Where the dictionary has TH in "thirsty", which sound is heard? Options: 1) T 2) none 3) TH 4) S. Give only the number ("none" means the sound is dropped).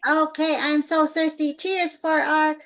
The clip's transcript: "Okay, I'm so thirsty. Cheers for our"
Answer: 3